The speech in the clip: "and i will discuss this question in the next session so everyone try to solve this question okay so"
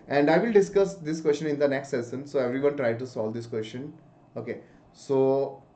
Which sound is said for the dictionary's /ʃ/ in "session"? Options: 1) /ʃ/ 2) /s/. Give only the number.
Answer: 2